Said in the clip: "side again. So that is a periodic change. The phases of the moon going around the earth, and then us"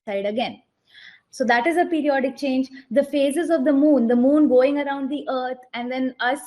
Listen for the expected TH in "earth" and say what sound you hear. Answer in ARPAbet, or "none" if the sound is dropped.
T